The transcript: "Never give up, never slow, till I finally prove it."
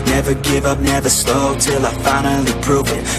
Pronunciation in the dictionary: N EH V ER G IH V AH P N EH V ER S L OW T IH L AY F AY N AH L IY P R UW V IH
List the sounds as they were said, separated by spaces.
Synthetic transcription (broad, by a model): N EH V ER G IH V AH P N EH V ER S L OW T IH L AY F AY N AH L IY P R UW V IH